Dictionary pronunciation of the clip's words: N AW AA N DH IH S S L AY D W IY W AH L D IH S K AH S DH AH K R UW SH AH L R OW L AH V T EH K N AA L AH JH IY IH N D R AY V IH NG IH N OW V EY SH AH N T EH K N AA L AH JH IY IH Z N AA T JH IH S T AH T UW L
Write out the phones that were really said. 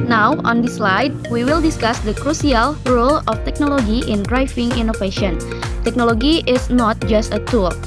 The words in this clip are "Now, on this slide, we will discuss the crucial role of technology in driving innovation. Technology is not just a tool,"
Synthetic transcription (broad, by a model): N AW AA N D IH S S L AY D W IY W AH L D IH S K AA S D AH K R UW S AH L R OW L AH F T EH K N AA L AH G IY IH N D R AY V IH NG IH N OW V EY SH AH N T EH K N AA L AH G IY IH S N AA T JH IH S T AH T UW L